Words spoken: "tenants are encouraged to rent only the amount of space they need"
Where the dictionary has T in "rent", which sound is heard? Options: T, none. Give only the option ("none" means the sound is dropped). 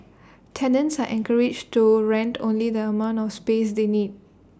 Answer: T